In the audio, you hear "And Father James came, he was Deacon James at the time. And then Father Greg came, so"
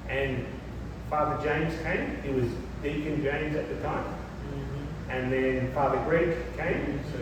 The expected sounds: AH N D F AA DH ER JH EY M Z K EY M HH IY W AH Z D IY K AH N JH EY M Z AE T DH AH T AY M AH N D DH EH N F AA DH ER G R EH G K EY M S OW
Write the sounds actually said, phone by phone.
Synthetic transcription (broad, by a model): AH N F AA DH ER JH EY M Z K EY M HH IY W AH Z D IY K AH N JH EY M Z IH T DH AH T AY M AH N DH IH N F AA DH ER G R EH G K EY M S